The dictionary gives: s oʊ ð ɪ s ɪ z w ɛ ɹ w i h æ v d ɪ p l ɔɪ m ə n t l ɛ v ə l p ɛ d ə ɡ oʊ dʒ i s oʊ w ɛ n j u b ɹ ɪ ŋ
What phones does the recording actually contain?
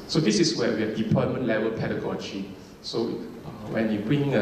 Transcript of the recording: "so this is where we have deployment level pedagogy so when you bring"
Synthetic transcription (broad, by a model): s oʊ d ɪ s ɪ s w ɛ w i h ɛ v d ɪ p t m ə n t l ɛ v ə l p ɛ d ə ɡ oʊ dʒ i s oʊ w ɛ n j u b ɹ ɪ ŋ